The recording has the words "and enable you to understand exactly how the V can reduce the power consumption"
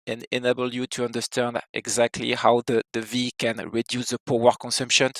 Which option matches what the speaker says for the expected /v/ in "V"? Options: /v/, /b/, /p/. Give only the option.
/v/